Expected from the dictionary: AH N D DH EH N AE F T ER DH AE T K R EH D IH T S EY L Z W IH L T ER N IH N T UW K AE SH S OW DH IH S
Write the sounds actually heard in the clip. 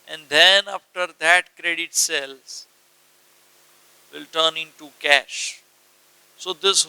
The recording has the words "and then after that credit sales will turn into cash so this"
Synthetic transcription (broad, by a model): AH N D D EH N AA F T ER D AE T K R EH D IH T S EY L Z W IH L T ER N IH N T UW K AE SH S OW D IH S